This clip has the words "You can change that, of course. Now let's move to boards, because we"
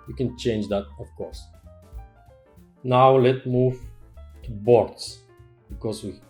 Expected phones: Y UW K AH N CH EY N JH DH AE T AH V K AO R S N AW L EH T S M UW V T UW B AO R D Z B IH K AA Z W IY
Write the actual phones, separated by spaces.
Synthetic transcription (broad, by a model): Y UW K AH N CH EY N JH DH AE T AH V K AO R S N AW L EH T M UW V T UW B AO R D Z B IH K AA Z W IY